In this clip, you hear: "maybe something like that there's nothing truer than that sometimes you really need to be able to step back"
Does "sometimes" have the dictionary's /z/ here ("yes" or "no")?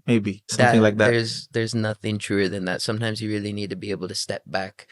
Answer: yes